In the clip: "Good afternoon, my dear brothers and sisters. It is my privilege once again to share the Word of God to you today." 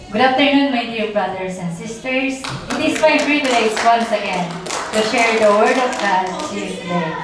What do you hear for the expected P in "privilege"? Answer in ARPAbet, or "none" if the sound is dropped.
F